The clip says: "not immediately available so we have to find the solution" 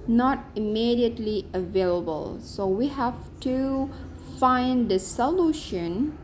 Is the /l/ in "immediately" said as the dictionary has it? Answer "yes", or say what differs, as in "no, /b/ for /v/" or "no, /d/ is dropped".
yes